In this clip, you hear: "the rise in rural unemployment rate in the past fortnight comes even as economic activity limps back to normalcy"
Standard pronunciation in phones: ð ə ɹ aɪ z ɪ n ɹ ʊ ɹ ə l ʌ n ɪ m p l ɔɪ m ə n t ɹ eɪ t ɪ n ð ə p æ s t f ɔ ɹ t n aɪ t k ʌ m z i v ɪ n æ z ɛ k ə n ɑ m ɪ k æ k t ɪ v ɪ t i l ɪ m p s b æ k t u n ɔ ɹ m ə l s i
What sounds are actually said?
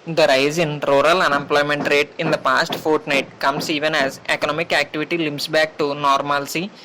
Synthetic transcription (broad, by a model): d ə ɹ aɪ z ɪ n ɹ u ɹ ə l ʌ n ɪ m p l ɔɪ m ə n t ɹ eɪ t ɪ n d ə p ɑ s t f ɔ ɹ t n aɪ t k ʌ m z i v ɪ n æ z ɛ k ə n ɑ m ɪ k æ k t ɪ v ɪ t i l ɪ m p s b æ k t u n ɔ ɹ m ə l s i